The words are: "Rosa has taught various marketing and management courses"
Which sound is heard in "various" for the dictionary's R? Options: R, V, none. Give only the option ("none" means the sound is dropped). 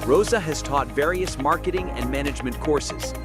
R